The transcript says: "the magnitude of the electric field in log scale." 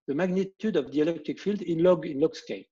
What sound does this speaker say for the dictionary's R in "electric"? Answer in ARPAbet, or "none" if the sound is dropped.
none